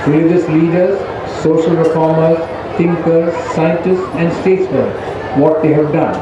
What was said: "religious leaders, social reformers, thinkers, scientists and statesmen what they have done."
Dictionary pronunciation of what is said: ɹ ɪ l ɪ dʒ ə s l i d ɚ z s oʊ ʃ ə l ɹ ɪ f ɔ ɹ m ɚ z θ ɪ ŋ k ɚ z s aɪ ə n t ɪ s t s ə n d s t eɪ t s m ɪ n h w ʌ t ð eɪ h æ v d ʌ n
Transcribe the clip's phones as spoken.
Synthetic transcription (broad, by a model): ɹ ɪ l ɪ dʒ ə s l i d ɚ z s oʊ ʃ ə l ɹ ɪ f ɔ ɹ m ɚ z t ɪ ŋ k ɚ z s aɪ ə n t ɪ s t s ə n d s t eɪ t s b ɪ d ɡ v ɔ t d eɪ h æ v d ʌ n